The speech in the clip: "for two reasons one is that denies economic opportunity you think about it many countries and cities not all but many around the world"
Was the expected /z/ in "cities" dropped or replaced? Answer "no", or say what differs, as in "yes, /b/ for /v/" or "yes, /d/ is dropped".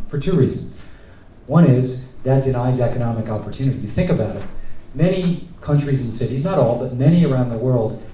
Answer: no